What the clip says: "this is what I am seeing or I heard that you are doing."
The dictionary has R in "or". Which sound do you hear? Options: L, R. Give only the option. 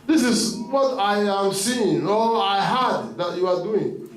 L